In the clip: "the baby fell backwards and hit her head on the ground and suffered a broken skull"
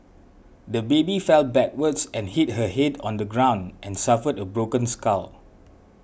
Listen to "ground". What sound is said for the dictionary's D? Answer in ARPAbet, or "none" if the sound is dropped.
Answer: D